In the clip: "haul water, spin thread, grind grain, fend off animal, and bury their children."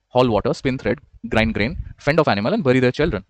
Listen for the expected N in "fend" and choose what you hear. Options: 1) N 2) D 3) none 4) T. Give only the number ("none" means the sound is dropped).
1